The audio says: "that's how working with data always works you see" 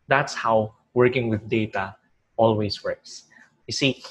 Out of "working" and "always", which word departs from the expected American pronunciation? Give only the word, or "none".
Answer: always